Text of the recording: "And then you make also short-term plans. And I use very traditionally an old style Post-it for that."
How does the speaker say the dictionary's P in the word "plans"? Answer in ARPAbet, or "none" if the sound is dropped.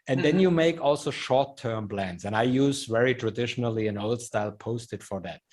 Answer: B